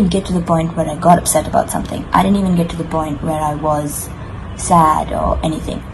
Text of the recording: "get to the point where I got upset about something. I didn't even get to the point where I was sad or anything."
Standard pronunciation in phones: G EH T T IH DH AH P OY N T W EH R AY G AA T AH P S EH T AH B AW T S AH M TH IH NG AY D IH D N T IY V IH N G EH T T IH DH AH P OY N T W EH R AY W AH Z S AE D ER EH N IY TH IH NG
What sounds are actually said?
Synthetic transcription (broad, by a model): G EH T T IH DH AH P OY N T W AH R AY G AA T AH P S EH T AH B AW T S AH M TH IH NG AY D IH D N T IY V IH N G EH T T IH DH AH P OY N T W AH R AY W AH Z S AE D ER EH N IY TH IH NG